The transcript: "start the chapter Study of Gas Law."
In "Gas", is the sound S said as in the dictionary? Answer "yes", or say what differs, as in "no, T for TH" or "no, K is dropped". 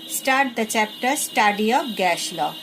no, SH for S